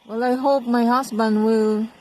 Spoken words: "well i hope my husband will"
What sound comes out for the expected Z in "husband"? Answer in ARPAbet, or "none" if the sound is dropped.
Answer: S